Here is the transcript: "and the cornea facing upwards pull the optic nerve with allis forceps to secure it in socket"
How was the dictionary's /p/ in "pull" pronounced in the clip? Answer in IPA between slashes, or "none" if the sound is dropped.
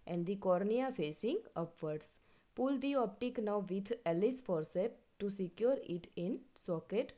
/p/